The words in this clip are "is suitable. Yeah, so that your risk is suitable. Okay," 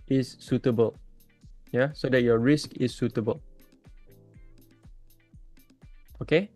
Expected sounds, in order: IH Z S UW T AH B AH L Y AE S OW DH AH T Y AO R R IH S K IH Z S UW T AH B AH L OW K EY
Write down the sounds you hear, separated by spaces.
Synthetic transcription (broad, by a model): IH S UW T AH B AH L Y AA S OW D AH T Y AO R R IH S K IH S UW T AH B AH L OW K EY